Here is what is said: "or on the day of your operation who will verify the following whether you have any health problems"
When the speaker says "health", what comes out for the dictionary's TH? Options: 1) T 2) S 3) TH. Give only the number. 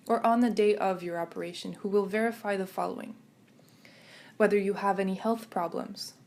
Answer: 3